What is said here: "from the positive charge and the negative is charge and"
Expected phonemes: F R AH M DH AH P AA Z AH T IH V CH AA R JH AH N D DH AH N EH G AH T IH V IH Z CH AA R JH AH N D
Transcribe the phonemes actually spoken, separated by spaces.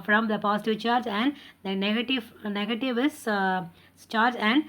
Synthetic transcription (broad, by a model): F R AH M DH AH P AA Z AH T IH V CH AA R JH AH N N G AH N EH G AH T IH V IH S CH AA R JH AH N D